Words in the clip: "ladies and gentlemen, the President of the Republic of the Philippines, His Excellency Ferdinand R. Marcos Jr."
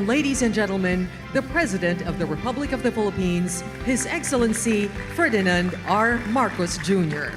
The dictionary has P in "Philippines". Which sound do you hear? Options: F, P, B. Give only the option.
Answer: P